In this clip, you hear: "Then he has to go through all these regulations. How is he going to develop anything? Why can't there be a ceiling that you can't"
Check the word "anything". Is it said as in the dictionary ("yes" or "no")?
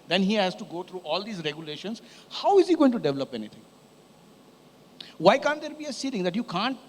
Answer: no